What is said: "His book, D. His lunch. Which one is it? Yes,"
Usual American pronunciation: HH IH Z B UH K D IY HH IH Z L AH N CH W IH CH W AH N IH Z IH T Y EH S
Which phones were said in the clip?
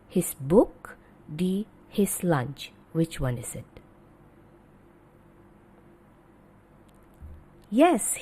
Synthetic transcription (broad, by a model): HH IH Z B UH K D IY HH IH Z L AH N CH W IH CH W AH N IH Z IH T Y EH S